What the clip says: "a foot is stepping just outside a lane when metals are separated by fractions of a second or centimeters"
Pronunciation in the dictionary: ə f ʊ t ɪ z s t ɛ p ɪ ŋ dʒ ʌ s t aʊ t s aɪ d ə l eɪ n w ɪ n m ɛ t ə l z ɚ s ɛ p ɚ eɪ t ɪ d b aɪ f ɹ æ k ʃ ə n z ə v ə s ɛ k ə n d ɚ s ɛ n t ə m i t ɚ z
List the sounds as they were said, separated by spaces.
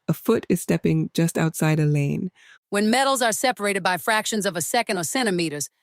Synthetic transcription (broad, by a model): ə f ʊ t ɪ z s t ɛ p ɪ ŋ dʒ ʌ s t aʊ t s aɪ d ə l eɪ n w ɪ n m ɛ t l z ɚ s ɛ p ɚ eɪ t ɪ d b aɪ f ɹ æ k ʃ ə n z ə v ə s ɛ k ə n d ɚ s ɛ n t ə m i t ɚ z